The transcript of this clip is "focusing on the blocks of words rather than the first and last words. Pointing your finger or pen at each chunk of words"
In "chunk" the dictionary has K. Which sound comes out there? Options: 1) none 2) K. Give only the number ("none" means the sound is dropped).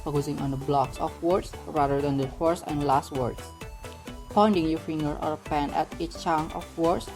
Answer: 1